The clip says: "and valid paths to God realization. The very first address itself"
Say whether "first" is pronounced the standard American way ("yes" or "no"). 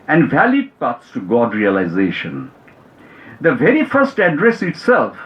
yes